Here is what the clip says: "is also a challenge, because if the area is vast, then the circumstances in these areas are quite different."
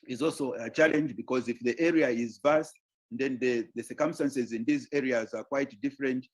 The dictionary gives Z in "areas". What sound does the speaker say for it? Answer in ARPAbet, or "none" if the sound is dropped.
Z